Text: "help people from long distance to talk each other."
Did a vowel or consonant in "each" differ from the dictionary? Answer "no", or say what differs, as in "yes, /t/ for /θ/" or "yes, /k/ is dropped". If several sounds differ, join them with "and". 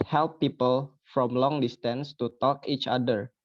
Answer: no